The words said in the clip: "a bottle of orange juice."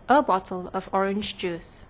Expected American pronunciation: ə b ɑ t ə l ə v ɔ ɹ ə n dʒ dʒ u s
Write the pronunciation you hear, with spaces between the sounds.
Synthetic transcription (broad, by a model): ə b ɑ t ə l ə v ɔ ɹ ə n dʒ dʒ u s